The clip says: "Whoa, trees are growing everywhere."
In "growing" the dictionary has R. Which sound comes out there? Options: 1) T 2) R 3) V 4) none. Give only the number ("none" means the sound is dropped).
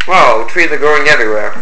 4